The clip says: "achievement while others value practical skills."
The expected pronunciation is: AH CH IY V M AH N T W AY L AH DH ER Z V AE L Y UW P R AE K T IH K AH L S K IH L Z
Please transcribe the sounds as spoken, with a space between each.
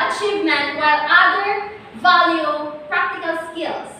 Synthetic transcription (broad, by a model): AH CH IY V M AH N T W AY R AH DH ER V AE L Y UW P R AE K T IH K AH L S K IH L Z